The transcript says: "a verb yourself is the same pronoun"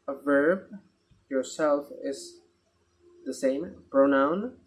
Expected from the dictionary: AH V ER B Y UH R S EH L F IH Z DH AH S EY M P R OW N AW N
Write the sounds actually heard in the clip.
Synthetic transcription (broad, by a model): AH V ER B Y UH R S EH L F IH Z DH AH S EY M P R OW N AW N